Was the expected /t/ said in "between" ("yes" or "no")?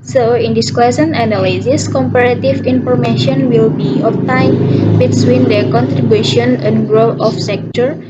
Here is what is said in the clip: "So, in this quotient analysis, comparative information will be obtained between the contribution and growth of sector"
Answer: no